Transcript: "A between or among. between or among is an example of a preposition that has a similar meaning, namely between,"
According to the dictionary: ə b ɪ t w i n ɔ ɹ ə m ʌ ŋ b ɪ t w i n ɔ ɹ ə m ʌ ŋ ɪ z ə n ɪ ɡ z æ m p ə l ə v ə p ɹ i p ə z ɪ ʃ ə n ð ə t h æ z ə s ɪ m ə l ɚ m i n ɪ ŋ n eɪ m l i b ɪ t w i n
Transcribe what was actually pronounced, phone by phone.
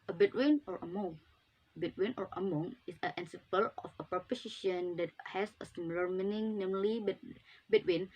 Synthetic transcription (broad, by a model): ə b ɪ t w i n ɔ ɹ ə m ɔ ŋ b ɪ t w i n ɔ ɹ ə m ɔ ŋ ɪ s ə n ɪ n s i p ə l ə f ə p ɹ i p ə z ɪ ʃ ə n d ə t h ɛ s ə s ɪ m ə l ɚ m i n ɪ ŋ n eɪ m l i b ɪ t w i n